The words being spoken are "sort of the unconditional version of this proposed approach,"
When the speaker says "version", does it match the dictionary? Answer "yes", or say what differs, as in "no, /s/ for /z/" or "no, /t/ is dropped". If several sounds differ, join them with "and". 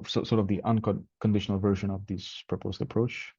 yes